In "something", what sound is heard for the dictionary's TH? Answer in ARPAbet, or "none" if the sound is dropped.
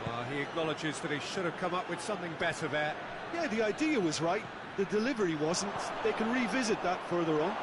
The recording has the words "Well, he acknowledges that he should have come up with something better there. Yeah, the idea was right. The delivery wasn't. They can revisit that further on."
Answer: TH